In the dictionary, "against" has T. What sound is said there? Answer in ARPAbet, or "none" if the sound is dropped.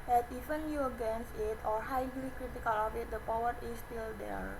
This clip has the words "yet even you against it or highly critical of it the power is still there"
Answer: none